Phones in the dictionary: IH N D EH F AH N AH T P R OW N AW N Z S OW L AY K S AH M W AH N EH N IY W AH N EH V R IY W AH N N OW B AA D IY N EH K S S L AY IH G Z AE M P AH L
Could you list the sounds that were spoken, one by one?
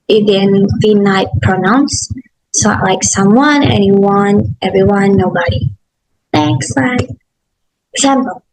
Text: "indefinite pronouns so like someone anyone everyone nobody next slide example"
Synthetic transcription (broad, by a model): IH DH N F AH N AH T P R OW N AW N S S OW L AY K S AH M W AH N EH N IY W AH N EH V R IY W AH N N OW B AA D IY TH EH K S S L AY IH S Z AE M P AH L